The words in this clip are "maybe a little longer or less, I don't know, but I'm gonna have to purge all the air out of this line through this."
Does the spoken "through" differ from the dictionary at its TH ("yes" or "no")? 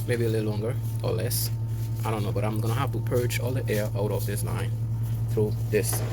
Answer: no